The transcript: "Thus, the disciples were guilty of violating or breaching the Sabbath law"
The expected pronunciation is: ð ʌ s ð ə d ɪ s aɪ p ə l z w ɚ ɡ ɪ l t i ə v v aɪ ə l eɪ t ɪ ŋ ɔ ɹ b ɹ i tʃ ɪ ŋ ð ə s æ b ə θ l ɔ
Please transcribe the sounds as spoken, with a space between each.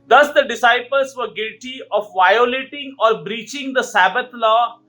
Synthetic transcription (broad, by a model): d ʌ s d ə d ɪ s aɪ p ə l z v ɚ ɡ ɪ l t i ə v v aɪ ə l eɪ t ɪ ŋ ɔ ɹ b ɹ i tʃ ɪ ŋ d ə s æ b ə t l ɔ